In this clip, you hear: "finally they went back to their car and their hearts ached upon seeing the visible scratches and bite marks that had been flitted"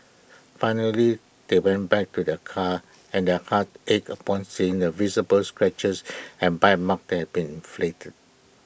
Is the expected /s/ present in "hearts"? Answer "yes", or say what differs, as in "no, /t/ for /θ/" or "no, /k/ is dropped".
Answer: no, /s/ is dropped